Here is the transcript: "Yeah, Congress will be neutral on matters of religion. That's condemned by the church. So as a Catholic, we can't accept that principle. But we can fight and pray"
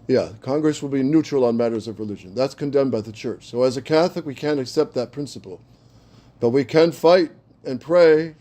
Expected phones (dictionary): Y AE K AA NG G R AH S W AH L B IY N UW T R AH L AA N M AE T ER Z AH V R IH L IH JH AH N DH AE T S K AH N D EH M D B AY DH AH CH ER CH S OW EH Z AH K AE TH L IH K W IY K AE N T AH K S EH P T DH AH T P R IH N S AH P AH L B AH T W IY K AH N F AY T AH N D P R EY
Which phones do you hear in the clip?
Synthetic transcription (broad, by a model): Y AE K AA NG G R AH S W AH L B IY N UW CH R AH L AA N M AE T ER Z AH V R IH L IH JH AH N DH AE T S K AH N D EH M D B AY DH AH CH ER CH S OW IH Z AH K AE TH L IH K W IY K AE N T AH K S EH P T DH AH T P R IH N S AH P L B AH T W IY K AH N F AY T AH N P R EY